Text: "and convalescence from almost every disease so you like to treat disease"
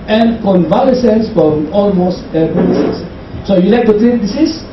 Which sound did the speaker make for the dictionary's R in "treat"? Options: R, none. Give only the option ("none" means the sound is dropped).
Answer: none